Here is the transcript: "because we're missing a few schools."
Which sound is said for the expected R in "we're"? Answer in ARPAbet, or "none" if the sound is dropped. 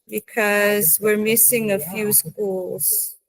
R